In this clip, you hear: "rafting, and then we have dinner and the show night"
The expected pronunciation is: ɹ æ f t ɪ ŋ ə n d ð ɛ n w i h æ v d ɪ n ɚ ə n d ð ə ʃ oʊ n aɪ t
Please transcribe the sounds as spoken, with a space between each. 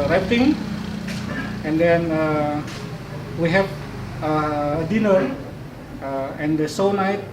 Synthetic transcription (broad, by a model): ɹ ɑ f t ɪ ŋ ə n d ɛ n w i h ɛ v d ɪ n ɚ ə n d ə s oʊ n aɪ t